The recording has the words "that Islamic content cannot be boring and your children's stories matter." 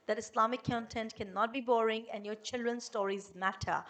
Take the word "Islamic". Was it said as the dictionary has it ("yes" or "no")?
no